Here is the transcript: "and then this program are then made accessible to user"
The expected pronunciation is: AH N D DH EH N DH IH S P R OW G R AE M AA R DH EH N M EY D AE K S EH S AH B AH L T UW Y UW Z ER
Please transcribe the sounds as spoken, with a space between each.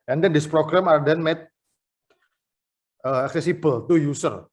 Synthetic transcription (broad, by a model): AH N D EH N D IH S P R OW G R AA M AA R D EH N M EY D AE K S EH S AH B AH L T UW Y UW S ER